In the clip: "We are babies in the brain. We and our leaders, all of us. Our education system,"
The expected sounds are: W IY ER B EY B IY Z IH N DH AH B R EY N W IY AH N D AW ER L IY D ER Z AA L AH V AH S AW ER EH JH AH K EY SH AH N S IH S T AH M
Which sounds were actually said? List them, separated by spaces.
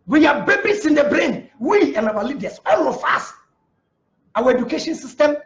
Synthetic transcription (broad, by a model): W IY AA B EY B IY S IH N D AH B R EY N W IY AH N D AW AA L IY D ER S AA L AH F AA S AW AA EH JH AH K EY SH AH N S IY S T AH M